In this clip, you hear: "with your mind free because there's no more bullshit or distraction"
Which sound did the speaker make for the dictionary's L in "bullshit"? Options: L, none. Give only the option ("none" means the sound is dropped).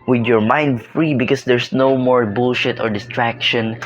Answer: L